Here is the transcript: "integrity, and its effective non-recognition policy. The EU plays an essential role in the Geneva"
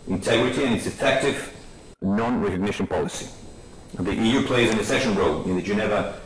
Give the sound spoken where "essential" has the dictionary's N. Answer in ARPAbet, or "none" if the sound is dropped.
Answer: none